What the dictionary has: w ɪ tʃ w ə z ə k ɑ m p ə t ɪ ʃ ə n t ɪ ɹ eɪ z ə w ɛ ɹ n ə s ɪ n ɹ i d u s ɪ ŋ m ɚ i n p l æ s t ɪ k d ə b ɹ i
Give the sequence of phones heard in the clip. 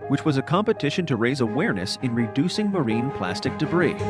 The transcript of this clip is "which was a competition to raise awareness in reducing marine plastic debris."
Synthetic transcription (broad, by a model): w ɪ tʃ w ə z ə k ɑ m p ə t ɪ ʃ ə n t ɪ ɹ eɪ z ə w ɛ ɹ n ə s ɪ n ɹ i d u s ɪ ŋ m ɚ i n p l æ s t ɪ k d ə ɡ ɹ i